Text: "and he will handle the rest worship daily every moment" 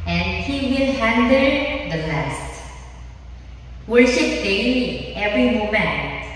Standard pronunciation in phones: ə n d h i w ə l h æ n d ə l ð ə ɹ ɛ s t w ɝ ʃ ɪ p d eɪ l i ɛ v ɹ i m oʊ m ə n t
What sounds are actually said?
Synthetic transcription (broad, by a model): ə n d h i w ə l h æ n d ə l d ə l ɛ s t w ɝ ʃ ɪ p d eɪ i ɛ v ɹ i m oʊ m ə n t